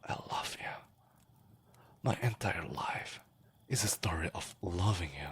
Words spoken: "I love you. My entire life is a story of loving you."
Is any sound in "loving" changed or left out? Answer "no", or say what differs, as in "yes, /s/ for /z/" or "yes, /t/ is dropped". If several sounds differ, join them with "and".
no